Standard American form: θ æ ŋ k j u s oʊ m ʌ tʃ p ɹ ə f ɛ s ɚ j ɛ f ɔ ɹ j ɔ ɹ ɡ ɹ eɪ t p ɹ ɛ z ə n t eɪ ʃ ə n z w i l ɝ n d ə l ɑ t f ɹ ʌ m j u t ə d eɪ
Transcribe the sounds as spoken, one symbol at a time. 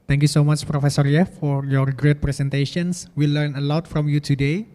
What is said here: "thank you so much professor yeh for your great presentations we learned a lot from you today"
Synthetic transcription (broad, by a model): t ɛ ŋ k j u s oʊ m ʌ tʃ p ɹ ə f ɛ s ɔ j ɛ f ɔ ɹ j ɔ ɹ ɡ ɹ eɪ t p ɹ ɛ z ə n t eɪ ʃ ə n s w i l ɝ n ə l ɑ t f ɹ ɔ m j u t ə d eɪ